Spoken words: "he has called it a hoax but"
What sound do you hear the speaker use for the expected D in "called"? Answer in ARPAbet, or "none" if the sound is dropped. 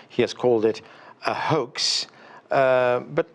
D